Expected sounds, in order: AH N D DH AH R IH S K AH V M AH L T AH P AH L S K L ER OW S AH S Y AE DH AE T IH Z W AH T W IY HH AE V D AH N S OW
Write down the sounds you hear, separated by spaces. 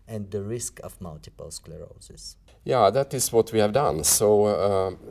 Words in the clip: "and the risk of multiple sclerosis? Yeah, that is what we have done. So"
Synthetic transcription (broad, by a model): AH N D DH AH R IH S K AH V M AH L T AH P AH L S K L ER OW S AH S Y AE DH AE T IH S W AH T W IY HH AE V D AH N S OW